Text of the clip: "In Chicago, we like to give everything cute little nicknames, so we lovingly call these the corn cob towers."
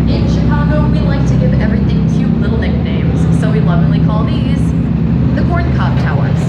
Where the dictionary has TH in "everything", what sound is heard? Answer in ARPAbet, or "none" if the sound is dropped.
TH